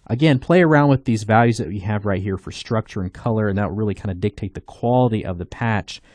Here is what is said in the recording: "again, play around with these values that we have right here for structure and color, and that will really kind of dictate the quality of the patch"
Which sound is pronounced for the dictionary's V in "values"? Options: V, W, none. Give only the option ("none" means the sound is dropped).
V